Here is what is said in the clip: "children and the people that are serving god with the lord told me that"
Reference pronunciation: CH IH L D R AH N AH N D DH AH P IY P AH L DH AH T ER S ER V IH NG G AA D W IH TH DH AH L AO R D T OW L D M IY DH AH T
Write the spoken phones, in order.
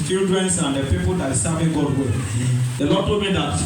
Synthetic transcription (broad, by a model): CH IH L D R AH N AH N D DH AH P IY P AH L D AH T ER S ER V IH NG G AA D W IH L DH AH L AO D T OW D M IY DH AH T